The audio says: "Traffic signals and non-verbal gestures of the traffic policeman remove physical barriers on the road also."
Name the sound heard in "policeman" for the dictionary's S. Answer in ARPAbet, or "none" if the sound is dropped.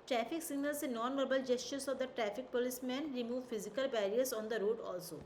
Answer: S